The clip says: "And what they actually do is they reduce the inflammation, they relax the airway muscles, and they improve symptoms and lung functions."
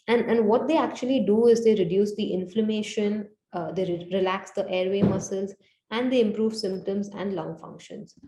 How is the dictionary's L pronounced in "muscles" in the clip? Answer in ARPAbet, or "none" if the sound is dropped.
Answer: L